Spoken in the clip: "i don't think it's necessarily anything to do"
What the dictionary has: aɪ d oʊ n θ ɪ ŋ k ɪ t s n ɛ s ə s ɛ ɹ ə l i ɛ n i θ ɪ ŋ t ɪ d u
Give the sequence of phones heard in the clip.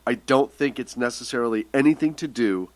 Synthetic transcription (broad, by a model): aɪ d oʊ n θ ɪ ŋ k ɪ t s n ɛ s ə s ɛ ɹ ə l i ɛ n i θ ɪ ŋ t ɪ d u